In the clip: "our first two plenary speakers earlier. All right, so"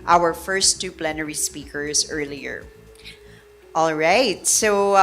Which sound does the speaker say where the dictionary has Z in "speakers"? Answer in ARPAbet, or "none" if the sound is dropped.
Z